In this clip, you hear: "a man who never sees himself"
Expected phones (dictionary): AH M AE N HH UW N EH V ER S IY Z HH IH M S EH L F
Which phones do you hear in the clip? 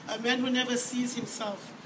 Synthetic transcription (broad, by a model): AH M AE N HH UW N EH V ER S IY Z HH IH M S EH L F